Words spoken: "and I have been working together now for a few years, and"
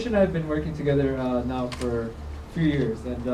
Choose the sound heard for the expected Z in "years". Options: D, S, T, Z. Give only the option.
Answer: Z